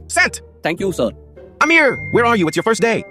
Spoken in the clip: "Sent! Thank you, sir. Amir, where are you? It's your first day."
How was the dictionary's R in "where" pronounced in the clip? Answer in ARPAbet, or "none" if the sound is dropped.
R